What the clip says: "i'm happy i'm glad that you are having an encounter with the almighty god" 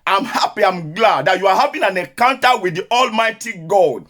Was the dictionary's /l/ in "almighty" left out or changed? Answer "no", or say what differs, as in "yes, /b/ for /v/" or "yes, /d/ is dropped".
no